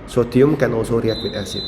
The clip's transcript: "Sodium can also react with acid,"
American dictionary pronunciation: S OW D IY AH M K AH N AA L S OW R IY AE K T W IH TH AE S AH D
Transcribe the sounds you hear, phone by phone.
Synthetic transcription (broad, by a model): S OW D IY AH M K AH N AA L S OW R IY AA T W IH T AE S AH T